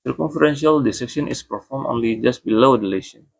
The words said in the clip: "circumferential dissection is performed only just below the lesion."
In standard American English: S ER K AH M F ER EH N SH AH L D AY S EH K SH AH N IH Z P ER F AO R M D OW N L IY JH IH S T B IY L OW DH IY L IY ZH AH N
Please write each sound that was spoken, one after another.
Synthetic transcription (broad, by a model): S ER K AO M F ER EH N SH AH L D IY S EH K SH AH N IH S P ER F AO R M OW N L IY JH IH S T B IY L OW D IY L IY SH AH N